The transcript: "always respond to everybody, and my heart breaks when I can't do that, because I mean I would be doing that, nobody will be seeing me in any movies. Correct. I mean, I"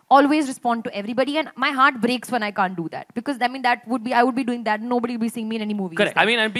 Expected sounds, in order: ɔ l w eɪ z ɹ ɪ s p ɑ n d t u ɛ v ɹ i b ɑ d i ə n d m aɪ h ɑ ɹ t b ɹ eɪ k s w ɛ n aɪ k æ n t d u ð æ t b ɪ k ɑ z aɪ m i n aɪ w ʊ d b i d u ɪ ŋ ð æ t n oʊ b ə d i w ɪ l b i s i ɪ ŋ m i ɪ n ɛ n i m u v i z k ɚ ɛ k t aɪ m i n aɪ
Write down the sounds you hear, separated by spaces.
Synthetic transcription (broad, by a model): ɔ l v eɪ z ɹ ɪ s p ɑ n d t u ɛ v ɹ i b ɑ d i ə n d m aɪ h ɑ ɹ t b ɹ eɪ k s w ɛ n aɪ k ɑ n t d u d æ t b ɪ k ɑ z aɪ m i n aɪ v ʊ d b i d u ɪ ŋ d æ t n oʊ b ə d i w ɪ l b i s i ɪ ŋ m i ɪ n ɛ n i m u v i k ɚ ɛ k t aɪ m i n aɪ